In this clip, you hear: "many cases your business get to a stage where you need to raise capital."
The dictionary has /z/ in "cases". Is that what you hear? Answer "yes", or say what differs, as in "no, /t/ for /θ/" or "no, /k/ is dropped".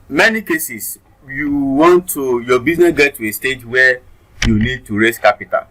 no, /s/ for /z/